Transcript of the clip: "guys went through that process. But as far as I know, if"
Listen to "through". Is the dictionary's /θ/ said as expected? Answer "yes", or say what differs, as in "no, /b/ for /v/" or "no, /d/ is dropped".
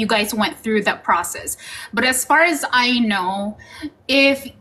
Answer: yes